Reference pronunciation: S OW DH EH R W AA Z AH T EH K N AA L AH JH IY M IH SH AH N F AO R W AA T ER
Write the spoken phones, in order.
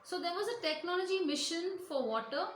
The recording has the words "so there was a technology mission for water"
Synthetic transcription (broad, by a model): S OW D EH R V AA Z AH T EH K N AA L AH JH IY M IH SH AH N F AO R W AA T ER